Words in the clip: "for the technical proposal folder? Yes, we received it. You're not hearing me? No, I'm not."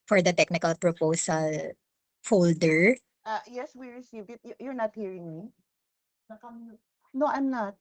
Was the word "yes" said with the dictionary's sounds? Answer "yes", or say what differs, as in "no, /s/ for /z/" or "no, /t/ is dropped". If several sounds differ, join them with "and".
yes